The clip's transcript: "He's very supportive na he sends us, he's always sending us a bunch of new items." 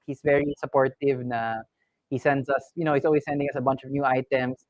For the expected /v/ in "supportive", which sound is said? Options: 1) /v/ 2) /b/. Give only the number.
1